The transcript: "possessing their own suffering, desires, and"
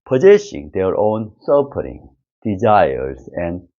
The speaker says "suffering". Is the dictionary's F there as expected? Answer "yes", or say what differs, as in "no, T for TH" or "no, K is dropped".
no, P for F